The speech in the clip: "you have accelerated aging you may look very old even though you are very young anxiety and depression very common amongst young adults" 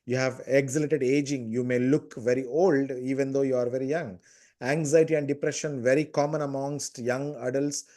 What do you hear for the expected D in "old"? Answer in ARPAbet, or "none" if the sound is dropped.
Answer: D